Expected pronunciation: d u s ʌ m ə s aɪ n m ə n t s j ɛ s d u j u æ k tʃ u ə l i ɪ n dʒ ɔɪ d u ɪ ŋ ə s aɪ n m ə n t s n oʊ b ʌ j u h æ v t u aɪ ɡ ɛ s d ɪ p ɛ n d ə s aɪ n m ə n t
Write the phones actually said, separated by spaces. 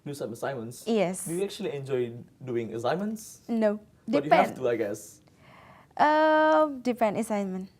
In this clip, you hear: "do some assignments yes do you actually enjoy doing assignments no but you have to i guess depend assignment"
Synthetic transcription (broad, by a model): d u s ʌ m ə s aɪ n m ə n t s j ɛ s d u j u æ k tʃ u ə l i ɪ n dʒ ɔɪ d u ɪ ŋ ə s aɪ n m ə n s n oʊ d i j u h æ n t u aɪ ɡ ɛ s d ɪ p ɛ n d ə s aɪ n m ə n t